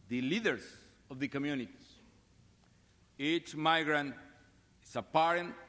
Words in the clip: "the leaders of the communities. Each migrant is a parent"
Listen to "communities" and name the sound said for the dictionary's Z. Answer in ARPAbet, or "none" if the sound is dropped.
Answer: none